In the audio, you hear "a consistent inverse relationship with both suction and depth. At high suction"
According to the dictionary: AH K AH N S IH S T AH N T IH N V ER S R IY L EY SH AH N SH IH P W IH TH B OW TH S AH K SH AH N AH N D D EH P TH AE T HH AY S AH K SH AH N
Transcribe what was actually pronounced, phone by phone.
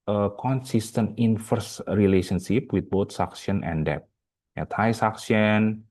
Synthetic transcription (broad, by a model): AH K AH N S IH S T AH N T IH N F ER S R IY L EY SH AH N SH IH P W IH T B OW T S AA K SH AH N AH N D D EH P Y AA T AY S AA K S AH N